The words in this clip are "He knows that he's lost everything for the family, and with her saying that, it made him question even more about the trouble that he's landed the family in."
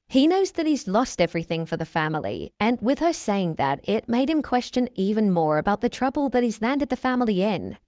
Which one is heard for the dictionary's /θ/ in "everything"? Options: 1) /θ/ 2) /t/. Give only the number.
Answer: 1